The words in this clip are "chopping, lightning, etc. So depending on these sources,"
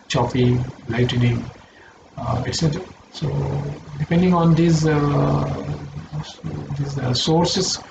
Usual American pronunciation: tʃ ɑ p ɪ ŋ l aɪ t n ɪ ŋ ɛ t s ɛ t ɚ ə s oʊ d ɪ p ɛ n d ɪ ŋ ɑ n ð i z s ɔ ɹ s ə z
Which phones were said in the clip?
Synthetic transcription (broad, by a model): tʃ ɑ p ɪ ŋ l aɪ t n ɪ ŋ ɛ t s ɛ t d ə s oʊ d ɪ p ɛ n d ɪ ŋ ɑ n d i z s ɔ ɹ s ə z